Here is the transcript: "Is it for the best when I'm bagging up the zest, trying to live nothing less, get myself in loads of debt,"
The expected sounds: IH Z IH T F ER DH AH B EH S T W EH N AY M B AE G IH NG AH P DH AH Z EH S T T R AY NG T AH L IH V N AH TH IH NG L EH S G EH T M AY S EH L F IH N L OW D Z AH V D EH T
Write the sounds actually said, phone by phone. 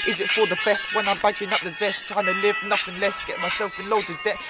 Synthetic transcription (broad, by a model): IH Z IH T F ER DH AH B EH S T W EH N AY M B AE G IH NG AH P DH AH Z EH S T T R AY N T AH L IH V N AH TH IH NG L EH S G EH T M AY S EH L F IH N L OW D AH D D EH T